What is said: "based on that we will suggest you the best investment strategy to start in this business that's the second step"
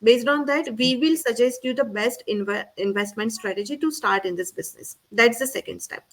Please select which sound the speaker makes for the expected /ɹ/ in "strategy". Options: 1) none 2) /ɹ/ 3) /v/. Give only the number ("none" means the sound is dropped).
2